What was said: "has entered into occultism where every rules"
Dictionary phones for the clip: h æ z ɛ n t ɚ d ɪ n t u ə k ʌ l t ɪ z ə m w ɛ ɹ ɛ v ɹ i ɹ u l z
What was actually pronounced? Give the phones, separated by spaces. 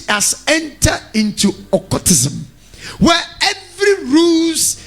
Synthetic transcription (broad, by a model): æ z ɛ n t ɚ ɪ n t u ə k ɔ t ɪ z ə m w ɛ ɛ v ɹ i ɹ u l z